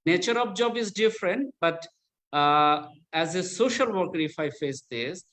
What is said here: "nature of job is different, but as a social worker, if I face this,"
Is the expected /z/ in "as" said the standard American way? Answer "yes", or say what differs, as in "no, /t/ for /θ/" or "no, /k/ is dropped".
yes